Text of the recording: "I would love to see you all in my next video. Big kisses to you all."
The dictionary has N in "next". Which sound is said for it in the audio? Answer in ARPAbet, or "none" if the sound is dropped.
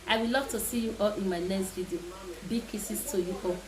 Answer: L